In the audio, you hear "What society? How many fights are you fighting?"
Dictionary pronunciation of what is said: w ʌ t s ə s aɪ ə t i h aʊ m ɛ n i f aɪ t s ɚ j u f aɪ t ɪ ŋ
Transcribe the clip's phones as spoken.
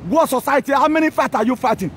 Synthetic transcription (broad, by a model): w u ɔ s ə s aɪ ə t i h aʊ m ɛ n i f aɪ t ɑ j u f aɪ t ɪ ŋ